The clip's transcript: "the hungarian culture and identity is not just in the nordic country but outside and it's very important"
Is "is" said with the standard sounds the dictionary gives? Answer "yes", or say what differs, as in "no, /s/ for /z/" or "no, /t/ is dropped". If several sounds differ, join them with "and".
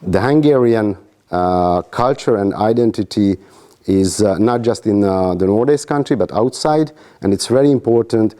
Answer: yes